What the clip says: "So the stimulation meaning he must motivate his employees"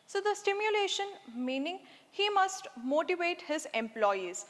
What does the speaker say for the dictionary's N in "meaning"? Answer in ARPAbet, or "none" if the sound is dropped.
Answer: N